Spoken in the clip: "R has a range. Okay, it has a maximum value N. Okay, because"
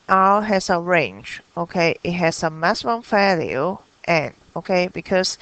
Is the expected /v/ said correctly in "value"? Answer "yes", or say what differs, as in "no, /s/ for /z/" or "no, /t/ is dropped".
no, /f/ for /v/